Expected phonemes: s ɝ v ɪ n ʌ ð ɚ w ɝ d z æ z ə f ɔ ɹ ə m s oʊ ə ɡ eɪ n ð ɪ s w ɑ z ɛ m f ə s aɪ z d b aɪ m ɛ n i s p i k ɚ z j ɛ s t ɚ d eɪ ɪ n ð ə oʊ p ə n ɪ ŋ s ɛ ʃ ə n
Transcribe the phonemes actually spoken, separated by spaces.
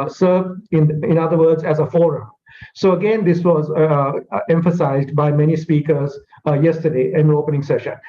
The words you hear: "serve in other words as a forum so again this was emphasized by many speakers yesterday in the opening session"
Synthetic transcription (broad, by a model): s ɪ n ɪ n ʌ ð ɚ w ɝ d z æ z ə f ɔ ɹ ə m s oʊ ə ɡ eɪ n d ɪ s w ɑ z ɛ m f ə s aɪ z d b aɪ m ɛ n i s p i k ɚ z j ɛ s t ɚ d eɪ ɪ n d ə oʊ p ə n ɪ ŋ s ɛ ʃ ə n